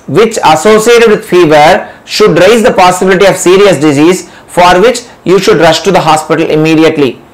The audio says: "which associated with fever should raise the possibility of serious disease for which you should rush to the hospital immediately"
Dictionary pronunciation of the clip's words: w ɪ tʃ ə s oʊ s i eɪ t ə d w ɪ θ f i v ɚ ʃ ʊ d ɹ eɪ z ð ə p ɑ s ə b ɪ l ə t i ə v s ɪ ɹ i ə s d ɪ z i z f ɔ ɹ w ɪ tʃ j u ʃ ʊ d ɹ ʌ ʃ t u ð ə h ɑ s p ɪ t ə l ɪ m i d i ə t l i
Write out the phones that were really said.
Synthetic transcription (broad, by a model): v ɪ tʃ ə s oʊ s i eɪ t ə d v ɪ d f i v ɚ ʃ ʊ d ɹ eɪ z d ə p ɑ s ə b ɪ l ə t i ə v s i ɹ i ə s d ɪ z i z f ɔ ɹ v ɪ tʃ j u ʃ ʊ d ɹ ʌ ʃ t u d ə h ɑ s p ɪ t ə l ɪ m i d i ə t l i